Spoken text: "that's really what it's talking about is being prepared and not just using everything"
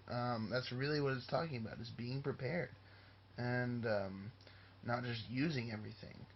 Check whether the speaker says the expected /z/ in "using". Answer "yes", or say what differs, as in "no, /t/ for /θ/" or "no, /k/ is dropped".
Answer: yes